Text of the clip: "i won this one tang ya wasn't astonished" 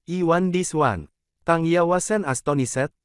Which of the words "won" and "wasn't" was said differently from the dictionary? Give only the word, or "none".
wasn't